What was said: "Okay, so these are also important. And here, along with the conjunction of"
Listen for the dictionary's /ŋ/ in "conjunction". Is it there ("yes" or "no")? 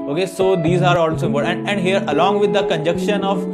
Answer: no